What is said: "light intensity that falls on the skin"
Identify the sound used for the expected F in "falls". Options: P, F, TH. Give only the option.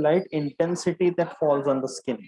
F